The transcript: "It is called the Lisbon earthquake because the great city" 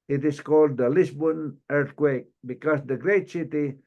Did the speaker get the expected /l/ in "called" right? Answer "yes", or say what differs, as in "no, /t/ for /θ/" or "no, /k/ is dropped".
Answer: yes